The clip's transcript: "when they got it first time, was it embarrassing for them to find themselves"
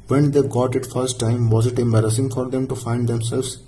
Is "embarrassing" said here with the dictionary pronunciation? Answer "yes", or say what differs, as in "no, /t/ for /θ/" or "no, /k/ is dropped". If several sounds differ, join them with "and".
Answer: yes